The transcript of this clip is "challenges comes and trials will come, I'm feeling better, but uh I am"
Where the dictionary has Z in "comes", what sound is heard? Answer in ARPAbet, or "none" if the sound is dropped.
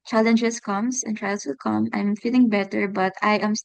S